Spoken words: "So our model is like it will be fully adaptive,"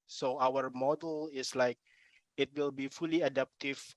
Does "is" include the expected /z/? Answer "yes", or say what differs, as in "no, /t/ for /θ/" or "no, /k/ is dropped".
no, /s/ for /z/